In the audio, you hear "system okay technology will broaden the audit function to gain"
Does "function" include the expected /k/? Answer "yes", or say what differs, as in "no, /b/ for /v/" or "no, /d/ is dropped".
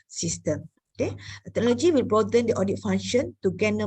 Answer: no, /k/ is dropped